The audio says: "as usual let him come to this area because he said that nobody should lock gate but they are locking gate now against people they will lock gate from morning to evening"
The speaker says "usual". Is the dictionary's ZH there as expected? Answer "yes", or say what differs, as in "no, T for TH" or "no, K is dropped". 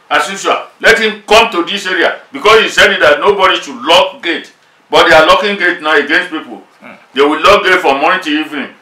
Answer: no, SH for ZH